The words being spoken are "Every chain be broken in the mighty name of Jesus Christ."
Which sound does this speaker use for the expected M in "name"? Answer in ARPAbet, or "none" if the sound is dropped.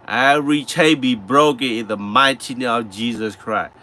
none